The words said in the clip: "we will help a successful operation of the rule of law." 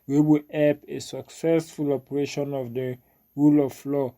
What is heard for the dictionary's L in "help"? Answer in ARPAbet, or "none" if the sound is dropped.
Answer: none